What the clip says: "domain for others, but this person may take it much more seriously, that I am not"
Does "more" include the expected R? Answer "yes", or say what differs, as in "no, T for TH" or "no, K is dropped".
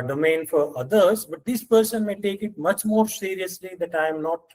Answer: yes